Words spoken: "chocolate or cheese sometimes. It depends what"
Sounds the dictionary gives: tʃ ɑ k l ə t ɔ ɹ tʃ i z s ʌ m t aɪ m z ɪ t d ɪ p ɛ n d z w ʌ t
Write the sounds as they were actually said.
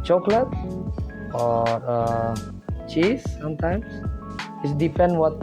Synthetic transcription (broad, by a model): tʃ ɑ k l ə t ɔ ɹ tʃ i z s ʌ m t aɪ m s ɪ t d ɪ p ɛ n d w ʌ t